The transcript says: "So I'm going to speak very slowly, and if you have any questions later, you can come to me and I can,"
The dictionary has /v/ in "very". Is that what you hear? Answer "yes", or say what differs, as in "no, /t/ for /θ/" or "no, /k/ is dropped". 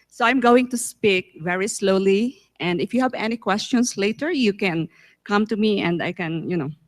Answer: yes